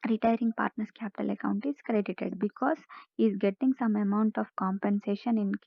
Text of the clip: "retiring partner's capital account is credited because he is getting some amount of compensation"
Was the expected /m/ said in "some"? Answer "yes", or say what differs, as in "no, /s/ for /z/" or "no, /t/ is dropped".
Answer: yes